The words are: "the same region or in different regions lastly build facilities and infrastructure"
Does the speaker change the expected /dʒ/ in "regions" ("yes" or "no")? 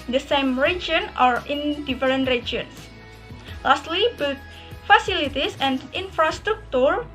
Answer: yes